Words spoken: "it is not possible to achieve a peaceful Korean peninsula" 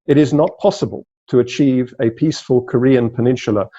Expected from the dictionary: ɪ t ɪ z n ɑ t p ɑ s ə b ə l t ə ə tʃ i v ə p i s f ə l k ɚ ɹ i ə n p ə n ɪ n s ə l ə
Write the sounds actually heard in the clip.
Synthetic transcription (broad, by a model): ɪ t ɪ z n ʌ t p ɑ s ə b ə l t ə ə tʃ i v ə p i s f ə l k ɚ ɹ i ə n p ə n ɪ n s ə l ə